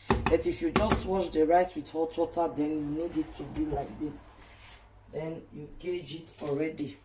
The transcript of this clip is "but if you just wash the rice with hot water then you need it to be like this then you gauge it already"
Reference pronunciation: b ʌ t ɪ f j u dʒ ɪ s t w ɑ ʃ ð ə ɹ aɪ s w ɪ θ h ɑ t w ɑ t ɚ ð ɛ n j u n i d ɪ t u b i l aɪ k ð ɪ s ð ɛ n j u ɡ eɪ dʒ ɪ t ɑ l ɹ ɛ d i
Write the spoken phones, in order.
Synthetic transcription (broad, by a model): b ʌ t ɪ f j u dʒ ɪ s t w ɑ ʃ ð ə ɹ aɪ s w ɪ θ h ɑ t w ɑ t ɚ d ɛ n j u n i d ɪ t u b i l aɪ k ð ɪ s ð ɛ n j u ɡ eɪ dʒ ɪ t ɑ l ɹ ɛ d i